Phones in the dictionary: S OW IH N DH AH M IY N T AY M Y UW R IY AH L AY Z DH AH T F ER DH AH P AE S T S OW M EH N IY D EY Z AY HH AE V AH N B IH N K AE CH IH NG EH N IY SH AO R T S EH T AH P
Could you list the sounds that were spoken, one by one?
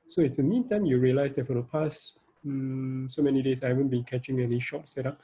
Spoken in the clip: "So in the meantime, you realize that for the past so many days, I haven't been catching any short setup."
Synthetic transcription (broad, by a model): S OW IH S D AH M IY N T AY M Y UW R IY AH L AY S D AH T F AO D AH P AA S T S OW M EH N IY D EY S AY HH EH V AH N B IH N K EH CH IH NG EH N IY SH AO T S EH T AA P